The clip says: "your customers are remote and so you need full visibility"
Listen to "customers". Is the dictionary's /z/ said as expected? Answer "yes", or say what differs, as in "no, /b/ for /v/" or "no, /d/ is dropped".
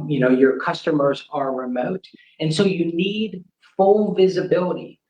yes